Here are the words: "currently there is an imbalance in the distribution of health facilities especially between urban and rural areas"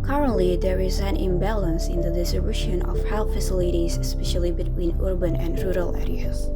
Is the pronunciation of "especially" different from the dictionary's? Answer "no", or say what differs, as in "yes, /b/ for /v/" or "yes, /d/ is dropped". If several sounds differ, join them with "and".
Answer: no